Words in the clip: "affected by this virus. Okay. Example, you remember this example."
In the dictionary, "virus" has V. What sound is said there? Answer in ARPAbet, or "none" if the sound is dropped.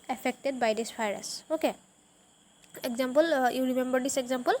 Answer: P